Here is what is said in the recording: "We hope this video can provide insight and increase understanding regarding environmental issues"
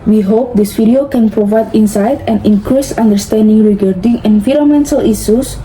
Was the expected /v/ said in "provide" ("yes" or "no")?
yes